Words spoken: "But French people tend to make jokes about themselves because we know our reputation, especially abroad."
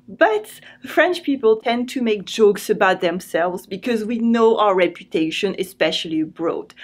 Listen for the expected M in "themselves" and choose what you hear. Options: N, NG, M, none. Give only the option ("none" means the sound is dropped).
M